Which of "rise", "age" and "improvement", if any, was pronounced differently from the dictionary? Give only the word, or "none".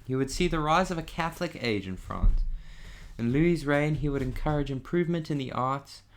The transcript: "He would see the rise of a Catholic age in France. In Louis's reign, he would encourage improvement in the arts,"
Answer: none